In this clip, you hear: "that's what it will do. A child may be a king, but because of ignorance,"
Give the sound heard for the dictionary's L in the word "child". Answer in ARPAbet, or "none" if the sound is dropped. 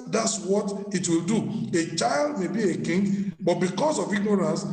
L